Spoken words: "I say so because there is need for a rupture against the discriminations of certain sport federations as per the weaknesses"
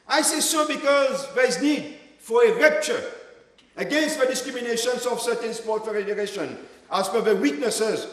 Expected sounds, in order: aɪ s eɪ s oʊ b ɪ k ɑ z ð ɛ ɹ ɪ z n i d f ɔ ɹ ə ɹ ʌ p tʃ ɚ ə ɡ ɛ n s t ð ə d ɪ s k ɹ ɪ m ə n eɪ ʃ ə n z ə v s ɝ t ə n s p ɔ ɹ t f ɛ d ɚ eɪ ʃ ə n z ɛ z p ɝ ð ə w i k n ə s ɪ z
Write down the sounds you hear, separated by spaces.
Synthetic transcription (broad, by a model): aɪ s eɪ s oʊ b ɪ k ɑ z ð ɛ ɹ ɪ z n i d f ɔ ɹ ə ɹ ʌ p tʃ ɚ ə ɡ ɛ n s t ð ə d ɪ s k ɹ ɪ m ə n eɪ ʃ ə n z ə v s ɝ t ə n s p ɔ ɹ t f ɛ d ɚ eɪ ʃ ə n ɑ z f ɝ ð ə w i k n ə s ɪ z